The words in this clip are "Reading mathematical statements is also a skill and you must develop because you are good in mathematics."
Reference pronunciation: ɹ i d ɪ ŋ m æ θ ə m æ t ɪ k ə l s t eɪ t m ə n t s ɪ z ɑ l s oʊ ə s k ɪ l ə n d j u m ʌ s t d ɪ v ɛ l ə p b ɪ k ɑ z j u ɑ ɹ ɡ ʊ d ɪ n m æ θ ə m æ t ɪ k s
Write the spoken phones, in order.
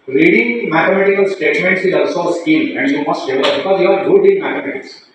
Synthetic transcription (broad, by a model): ɹ i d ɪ ŋ m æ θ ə m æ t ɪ k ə l s t eɪ t m ə n t s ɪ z ɑ l s oʊ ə s k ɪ n ə n d j u m ʌ s t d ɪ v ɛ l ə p b ɪ k ɑ z j u ɑ ɹ ɡ ʊ d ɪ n m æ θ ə m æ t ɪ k s